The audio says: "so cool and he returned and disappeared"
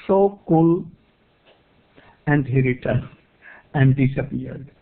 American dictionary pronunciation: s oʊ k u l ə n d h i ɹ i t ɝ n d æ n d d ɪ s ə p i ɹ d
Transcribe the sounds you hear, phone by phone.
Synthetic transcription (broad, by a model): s oʊ k u l ə n d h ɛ ɹ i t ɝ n æ n d d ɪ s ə p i ɹ d